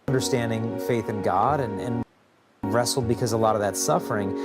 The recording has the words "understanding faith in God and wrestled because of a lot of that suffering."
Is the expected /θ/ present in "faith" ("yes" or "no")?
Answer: yes